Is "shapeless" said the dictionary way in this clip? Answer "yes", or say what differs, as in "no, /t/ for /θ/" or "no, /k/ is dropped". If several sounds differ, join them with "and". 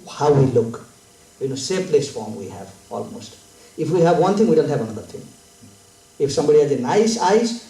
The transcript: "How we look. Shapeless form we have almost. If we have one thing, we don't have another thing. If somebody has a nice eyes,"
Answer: no, /s/ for /ʃ/